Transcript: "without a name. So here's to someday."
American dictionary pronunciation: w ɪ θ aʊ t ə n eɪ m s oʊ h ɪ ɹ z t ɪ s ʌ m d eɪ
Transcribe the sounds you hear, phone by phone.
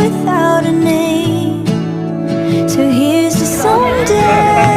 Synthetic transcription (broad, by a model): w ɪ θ aʊ t ə n eɪ m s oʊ h ɪ ɹ z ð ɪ s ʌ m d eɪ